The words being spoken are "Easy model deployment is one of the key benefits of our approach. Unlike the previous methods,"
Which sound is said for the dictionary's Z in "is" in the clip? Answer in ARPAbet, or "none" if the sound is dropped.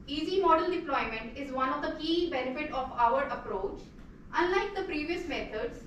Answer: Z